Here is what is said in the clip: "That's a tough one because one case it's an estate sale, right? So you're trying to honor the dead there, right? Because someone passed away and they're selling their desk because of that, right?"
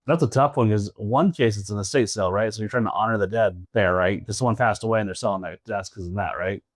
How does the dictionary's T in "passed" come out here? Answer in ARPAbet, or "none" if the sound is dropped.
T